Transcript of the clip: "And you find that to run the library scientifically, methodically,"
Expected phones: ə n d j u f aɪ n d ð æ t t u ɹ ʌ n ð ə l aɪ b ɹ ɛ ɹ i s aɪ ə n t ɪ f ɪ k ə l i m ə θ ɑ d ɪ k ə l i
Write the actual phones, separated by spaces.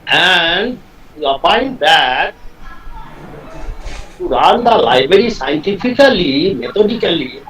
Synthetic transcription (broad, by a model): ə n d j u p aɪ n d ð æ t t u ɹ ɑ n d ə l aɪ b ɹ ɛ ɹ i s aɪ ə n t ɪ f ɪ k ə l i m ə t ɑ d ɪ k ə l i